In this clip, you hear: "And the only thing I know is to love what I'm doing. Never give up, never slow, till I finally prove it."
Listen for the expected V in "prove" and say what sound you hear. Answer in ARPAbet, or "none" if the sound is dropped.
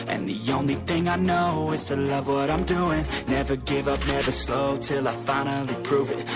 V